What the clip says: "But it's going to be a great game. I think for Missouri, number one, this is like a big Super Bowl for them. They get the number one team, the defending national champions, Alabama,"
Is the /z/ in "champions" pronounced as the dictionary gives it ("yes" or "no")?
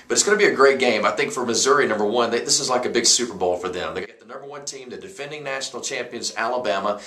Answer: yes